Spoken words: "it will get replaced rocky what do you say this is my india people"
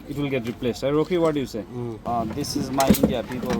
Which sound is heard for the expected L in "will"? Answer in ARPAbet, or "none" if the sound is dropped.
L